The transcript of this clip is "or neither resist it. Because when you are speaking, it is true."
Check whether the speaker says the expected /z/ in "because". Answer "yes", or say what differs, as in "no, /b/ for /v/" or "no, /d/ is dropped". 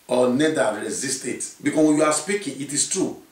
no, /s/ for /z/